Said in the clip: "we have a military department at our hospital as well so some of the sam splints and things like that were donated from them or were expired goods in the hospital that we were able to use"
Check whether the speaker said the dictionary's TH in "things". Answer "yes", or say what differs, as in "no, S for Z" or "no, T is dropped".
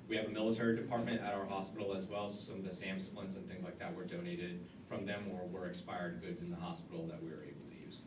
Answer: yes